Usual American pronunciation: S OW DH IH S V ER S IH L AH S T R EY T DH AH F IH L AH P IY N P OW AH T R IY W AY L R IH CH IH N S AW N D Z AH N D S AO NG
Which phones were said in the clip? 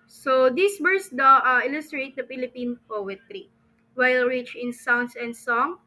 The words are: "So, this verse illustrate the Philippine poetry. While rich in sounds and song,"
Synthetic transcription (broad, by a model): S OW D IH S W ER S IH L AH S T R EY T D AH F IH L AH P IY N P OW AH T R IY W AY L R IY CH IH N S AW N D S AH N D S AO NG